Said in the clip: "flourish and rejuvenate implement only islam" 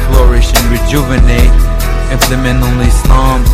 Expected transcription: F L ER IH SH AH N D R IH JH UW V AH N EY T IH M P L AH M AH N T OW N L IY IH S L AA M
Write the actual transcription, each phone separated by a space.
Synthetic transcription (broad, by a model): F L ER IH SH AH N R IH JH UW V AH N EY T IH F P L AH M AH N OW N L IY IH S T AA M